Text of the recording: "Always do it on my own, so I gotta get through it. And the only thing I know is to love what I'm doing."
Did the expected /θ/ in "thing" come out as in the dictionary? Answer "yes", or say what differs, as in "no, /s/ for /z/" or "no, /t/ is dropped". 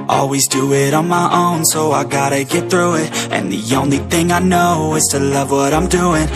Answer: yes